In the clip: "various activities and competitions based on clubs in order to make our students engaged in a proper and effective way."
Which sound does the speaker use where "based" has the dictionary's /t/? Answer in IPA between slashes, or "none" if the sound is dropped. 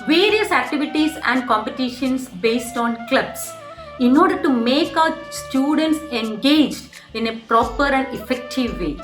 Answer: /t/